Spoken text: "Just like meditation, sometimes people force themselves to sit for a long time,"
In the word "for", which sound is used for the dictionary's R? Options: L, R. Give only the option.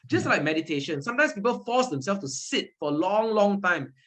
L